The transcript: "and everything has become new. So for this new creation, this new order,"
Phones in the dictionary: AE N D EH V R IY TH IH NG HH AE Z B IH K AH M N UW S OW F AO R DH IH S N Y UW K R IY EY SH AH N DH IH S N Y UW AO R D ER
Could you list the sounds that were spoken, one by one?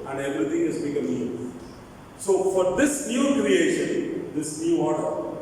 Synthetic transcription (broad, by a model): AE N D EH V R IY T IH NG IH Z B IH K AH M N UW S OW F AO R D IH S N Y UW K R IY EY SH AH N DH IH S N Y UW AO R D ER